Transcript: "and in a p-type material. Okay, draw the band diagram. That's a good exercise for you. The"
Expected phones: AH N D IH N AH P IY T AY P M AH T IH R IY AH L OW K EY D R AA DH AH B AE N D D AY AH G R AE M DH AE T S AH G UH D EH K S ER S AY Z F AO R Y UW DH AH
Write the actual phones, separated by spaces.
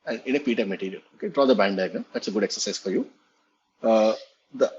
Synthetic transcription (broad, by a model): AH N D IH N AH P IY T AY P M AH T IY R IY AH L OW K EY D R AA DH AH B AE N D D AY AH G AH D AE T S AH G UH D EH K S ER S AY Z F AO R Y UW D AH